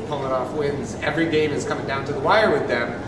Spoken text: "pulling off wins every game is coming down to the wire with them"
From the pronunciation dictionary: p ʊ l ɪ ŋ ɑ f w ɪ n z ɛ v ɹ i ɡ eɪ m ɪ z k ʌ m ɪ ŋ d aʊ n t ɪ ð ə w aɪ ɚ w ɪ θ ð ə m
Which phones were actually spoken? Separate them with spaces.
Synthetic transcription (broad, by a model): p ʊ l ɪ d ɑ f w ɪ n z ɛ v ɹ i ɡ eɪ m ɪ z k ʌ m ɪ ŋ d aʊ n t ɪ ð ə w aɪ ɚ w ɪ ð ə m